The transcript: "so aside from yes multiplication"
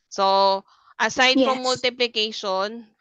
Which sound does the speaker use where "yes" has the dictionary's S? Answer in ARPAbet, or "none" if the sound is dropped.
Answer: none